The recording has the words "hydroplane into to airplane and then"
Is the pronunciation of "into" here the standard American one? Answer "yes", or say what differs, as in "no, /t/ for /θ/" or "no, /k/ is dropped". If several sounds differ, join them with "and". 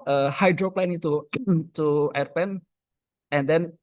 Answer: no, /n/ is dropped